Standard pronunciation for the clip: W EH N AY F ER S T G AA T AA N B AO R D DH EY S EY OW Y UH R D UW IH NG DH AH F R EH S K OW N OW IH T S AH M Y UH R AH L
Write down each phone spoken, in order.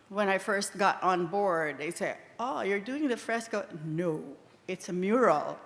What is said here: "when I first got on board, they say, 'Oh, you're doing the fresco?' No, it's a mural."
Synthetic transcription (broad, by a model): W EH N AY F ER S T G AA T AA N B AO R D DH EY S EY OW Y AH R D UW IH NG DH AH F R EH S K OW N OW IH T S AH M Y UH R L